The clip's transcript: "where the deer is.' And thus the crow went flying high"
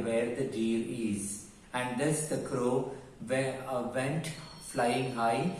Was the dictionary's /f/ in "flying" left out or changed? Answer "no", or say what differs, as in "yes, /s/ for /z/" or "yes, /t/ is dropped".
no